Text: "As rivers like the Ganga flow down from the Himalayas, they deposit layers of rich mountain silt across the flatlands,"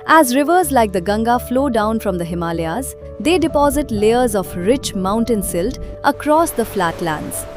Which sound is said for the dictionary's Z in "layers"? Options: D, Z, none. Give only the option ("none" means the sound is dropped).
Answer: Z